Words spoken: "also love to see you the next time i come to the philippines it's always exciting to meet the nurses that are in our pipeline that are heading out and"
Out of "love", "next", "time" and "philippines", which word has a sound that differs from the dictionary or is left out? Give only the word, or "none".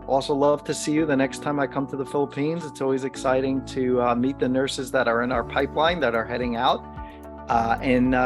none